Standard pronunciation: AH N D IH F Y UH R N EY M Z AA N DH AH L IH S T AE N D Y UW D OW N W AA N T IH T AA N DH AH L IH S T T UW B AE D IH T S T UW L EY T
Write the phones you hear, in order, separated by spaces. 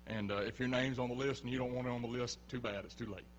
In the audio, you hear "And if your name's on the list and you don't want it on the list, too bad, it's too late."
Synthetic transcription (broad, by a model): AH N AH IH F Y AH R N EY M Z N DH AH L IH S T N Y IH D OW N W AA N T IH T N DH AH L IH S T T UW B AE D IH T S T UW L EY T